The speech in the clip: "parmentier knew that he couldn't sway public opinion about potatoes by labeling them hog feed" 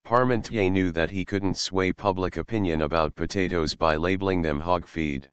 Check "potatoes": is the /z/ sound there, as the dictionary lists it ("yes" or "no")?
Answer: yes